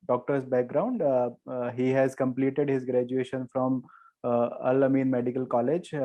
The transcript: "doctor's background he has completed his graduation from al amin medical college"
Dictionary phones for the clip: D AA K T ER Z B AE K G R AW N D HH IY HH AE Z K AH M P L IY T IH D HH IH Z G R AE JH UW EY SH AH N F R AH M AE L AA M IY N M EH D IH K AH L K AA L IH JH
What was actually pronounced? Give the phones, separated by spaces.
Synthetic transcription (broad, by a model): D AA K T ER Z B AE K G R AW N D HH IY HH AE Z K AH M P L IY T IH D HH IH Z G R AE JH UW EY SH AH N F R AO M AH L AA M IY N M EH D IH K AH L K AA L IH JH